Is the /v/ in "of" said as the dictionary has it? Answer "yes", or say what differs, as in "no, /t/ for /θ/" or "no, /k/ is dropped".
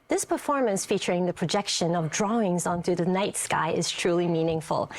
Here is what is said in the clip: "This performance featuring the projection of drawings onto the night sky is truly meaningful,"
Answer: yes